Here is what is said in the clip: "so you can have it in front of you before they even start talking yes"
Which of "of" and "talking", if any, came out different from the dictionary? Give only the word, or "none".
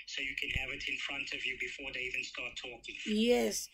none